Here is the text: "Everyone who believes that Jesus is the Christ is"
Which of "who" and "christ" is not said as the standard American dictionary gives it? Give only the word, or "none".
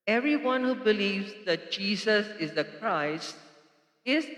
none